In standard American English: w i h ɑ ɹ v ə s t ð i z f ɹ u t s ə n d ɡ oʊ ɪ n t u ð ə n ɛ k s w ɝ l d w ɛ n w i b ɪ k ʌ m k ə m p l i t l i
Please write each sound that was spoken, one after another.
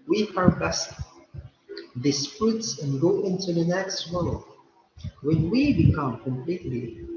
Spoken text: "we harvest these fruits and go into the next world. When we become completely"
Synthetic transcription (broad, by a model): w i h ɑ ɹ b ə s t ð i s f ɹ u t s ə n ɡ oʊ ɪ n t u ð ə n ɛ k s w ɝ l w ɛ n w i b ɪ k ʌ m k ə m p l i t l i